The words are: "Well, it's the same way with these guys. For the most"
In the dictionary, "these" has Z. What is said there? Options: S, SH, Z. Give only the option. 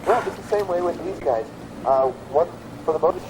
Z